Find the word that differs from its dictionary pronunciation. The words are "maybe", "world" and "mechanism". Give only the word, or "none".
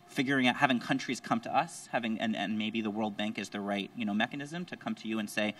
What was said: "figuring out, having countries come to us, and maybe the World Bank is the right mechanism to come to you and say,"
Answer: none